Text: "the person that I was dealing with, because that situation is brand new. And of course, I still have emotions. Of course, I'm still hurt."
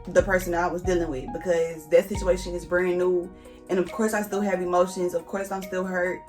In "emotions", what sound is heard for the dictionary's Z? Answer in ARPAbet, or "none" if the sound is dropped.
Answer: Z